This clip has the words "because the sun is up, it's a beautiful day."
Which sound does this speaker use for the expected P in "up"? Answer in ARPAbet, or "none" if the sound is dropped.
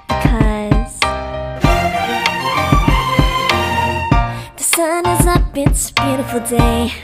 B